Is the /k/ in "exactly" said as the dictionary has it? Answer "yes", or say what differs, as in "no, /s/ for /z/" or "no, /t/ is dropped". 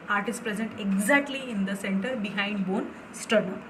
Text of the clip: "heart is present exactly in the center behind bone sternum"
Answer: yes